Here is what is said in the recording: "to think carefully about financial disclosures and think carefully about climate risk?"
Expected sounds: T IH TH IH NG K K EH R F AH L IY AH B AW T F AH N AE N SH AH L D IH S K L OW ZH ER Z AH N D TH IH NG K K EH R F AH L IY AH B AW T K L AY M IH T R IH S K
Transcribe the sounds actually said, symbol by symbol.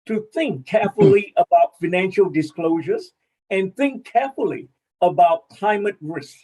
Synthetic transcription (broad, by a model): T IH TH IH NG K K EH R F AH L IY AH B AW T F AH N AE N SH AH L D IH S K L OW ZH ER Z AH N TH IH NG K K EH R F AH L IY AH B AW T K L AY M IH T R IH S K